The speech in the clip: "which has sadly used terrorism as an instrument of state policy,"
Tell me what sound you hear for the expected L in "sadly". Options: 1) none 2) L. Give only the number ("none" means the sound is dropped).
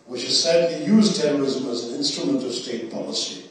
1